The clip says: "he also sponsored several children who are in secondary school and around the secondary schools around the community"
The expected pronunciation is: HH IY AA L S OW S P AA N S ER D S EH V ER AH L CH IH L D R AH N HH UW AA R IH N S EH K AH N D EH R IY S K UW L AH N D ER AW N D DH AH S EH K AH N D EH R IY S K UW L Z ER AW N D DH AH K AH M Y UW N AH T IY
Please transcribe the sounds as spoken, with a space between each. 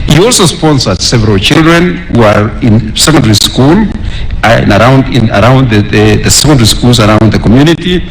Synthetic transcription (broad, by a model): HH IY AA L S OW S P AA N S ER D S EH V ER AH L CH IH L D R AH N HH UW AA R IH N S EH K AH N D EH R IY S K UW L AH N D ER AW N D DH AH S EH K AH N D EH R IY S K UW L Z ER AW N D DH AH K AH M Y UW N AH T IY